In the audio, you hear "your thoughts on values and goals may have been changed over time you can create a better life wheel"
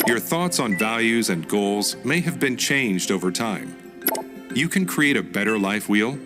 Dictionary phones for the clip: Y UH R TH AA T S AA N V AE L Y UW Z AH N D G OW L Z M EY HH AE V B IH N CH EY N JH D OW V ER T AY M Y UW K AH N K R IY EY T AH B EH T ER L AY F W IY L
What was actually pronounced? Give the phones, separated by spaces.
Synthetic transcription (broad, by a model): Y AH R TH AA T S N V AE L Y UW Z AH N G OW L Z M EY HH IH V B IH N CH EY N JH D OW V ER T AY M Y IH K AH N K R IY EY T AH B EH T ER L AY F W IY L